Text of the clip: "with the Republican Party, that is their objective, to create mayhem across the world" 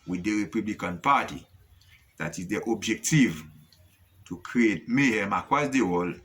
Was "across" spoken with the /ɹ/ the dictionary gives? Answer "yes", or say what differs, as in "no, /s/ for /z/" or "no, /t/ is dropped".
no, /w/ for /ɹ/